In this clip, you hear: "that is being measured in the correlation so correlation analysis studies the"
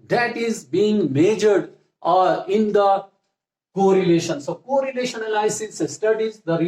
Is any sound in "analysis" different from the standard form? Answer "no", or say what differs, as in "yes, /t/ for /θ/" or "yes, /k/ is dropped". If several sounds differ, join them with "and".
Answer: yes, /l/ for /n/ and /l/ is dropped